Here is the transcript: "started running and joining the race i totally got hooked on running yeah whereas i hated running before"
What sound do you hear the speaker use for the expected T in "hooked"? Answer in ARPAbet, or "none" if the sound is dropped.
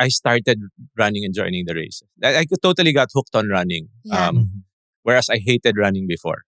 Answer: T